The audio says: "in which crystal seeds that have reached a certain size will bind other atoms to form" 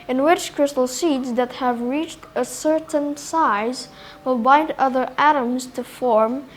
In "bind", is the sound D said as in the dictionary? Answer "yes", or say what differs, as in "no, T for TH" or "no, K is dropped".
yes